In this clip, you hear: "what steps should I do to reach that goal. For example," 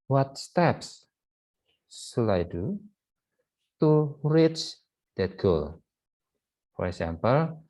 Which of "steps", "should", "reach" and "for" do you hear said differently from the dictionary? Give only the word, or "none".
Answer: should